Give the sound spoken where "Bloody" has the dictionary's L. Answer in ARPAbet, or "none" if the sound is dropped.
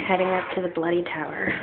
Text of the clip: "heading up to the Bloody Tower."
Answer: L